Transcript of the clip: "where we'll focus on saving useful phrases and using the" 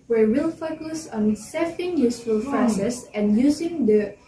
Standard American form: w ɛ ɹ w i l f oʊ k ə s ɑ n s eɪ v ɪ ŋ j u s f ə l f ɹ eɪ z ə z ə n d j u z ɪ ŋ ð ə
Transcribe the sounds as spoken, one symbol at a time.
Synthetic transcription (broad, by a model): w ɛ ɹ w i l f oʊ k ə s ɑ n s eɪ f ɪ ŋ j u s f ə l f eɪ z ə s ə n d j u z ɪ ŋ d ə